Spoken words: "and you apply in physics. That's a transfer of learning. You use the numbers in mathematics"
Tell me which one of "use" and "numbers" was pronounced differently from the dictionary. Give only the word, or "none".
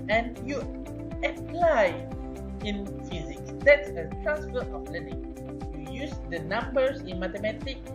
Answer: numbers